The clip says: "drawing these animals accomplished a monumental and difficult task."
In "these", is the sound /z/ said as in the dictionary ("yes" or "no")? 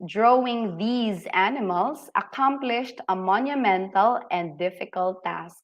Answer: yes